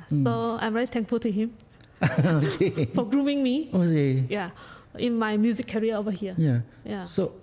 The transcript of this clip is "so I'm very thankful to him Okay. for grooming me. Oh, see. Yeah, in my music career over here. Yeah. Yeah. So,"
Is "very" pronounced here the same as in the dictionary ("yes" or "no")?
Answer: no